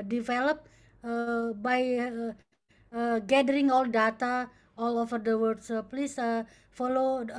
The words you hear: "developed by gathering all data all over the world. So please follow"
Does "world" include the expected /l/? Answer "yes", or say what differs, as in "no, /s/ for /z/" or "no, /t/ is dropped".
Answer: no, /l/ is dropped